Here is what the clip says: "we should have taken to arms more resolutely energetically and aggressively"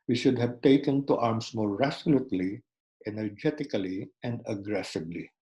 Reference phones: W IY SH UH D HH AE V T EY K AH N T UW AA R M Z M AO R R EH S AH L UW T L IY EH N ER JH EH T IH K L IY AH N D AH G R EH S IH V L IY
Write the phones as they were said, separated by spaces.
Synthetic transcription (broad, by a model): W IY SH UH D HH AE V T EY K AH N T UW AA R M S M AO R R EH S L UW T L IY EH N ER JH EH T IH K L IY AH N D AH G R EH S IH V L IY